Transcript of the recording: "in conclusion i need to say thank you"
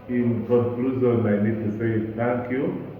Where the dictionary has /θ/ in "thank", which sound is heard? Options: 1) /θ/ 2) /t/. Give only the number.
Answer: 2